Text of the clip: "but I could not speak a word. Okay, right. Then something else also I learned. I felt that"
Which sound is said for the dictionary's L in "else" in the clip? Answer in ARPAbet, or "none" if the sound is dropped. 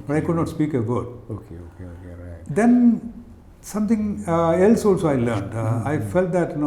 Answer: L